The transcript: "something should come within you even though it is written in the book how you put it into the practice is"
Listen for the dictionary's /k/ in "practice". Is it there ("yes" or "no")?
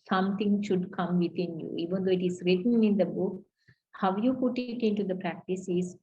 yes